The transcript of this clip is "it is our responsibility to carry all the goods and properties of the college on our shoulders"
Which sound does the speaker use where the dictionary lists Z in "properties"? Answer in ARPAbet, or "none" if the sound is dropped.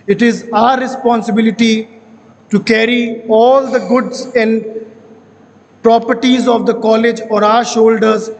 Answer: Z